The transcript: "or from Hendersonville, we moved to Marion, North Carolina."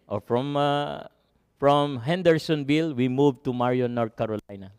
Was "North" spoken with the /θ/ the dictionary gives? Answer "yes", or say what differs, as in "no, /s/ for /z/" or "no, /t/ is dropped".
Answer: no, /t/ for /θ/